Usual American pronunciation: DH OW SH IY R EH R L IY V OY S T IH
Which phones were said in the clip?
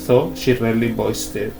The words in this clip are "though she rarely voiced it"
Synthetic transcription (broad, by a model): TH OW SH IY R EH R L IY B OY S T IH